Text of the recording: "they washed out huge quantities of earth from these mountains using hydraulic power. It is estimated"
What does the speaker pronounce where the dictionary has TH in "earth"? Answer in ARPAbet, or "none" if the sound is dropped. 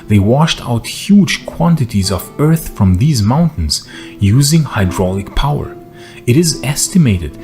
TH